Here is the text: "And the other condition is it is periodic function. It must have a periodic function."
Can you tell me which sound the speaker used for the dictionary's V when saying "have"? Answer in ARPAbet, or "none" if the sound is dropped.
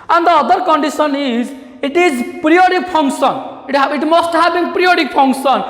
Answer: B